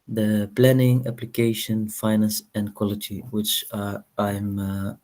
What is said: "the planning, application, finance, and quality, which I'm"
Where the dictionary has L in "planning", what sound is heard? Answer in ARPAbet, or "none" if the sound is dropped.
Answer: L